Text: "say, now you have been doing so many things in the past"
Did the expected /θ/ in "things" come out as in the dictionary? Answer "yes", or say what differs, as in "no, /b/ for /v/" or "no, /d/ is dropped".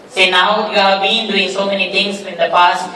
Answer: no, /t/ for /θ/